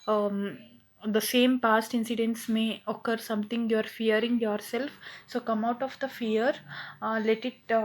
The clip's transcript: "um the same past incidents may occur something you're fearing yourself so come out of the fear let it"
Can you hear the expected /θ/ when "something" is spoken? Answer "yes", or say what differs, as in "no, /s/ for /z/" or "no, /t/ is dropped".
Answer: no, /t/ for /θ/